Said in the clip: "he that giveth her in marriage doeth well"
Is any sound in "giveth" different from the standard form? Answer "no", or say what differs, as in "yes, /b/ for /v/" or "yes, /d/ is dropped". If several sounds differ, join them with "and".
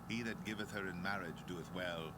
no